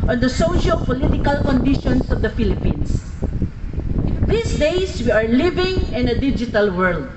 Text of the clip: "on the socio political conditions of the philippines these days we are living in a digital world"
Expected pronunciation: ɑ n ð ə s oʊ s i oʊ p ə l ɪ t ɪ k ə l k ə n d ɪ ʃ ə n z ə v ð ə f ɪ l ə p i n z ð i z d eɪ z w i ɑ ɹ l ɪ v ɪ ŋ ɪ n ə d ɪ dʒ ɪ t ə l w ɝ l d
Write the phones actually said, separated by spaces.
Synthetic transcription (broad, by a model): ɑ n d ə s oʊ ʃ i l p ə l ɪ t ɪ k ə l k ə n d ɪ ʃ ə n s ə v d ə f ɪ l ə p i n s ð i s d eɪ s w i ɑ ɹ l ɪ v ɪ ŋ ɪ n ə d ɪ dʒ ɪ t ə l w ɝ l d